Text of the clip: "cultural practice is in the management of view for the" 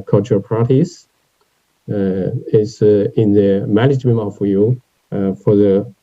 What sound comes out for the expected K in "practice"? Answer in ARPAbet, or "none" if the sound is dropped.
none